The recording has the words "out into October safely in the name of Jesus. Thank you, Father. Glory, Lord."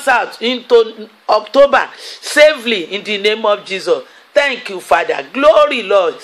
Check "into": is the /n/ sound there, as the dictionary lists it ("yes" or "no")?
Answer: yes